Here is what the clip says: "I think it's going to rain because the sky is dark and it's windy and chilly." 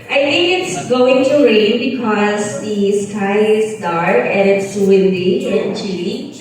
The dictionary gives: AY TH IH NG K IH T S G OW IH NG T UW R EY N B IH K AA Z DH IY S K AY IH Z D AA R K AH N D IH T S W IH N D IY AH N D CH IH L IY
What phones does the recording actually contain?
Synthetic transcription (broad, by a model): AY T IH NG K IH T S G OW IH NG T UW R EY N B IH K AA Z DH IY S K AY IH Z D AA R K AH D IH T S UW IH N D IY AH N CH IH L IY